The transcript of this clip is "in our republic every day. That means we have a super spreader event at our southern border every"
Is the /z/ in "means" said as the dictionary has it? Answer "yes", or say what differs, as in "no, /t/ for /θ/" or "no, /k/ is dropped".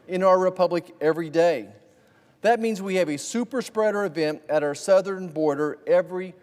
yes